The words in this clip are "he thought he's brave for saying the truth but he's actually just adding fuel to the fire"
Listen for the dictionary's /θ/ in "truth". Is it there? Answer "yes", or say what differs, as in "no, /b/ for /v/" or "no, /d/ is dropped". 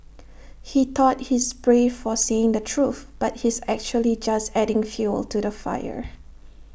yes